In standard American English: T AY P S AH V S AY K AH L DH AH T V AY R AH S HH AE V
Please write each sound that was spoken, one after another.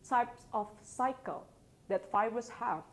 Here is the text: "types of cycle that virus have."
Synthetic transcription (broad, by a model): T AY P S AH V S AY K AH L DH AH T F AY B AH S HH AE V